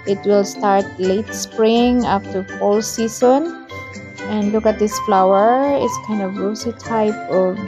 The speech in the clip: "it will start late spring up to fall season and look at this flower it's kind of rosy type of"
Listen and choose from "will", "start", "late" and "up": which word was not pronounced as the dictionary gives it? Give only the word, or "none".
up